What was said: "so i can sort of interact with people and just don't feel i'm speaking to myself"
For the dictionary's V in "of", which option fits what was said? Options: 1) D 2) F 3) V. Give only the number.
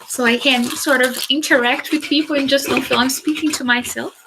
3